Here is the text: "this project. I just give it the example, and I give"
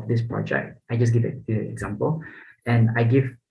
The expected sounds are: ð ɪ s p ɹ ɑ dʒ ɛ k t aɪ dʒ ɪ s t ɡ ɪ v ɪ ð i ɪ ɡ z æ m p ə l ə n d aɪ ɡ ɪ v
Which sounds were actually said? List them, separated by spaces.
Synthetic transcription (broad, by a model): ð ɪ s p ɹ ɑ dʒ ɛ k t aɪ dʒ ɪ s ɡ ɪ v ɪ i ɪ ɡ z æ m p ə l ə n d aɪ ɡ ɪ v